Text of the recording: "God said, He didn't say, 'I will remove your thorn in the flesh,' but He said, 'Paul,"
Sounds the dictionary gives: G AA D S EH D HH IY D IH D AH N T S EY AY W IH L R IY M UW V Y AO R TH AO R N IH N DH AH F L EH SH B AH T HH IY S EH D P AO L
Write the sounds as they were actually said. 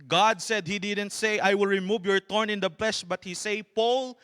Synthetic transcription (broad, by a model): G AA D S EH D HH IY D IH D AH N T S EY AY W IH L R IY M UW V Y AO R T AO R N IH N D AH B L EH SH B AH T HH IY S EH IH P AO L